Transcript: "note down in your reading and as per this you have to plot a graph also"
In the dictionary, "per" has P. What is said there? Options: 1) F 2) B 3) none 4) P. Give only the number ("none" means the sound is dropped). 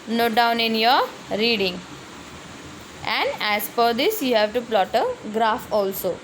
1